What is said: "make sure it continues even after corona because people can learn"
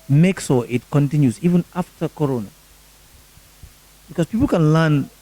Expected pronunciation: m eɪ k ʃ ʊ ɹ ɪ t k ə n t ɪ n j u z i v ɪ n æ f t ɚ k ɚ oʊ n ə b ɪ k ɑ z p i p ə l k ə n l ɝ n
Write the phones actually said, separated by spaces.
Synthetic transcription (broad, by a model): m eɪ k s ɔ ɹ ɪ t k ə n t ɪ n j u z i v ɪ n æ f t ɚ k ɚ oʊ n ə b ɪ k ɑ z p i p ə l k ə n l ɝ n